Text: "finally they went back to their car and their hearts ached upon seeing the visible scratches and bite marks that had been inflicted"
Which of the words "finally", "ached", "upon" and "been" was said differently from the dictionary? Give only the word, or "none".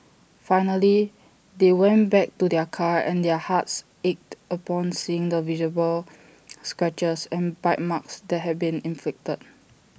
none